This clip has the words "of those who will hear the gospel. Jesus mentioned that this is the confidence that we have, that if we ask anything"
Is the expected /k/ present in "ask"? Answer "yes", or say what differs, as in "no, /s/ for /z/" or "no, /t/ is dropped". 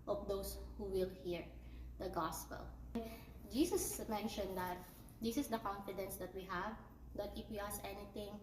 no, /k/ is dropped